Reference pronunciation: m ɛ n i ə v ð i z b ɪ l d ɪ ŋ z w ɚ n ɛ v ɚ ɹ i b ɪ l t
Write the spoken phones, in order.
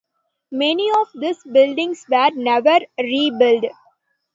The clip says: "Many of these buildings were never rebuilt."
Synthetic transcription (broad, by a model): m ɛ n i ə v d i s b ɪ l d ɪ ŋ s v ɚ n ɛ v ɚ ɹ i b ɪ l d